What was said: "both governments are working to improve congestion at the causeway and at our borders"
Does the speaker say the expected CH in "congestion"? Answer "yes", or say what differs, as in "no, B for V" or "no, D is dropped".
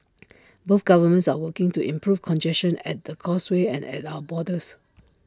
no, SH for CH